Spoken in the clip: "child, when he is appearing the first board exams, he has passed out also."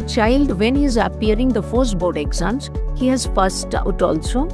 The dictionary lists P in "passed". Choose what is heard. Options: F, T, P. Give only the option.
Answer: F